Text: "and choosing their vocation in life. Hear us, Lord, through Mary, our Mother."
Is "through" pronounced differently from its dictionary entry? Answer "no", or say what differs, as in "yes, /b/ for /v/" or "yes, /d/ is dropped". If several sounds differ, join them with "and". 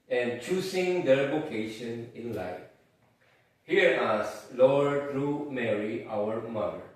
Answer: yes, /t/ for /θ/